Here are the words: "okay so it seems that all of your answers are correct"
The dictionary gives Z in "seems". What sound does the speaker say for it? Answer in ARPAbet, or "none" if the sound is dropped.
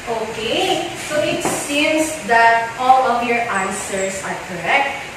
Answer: S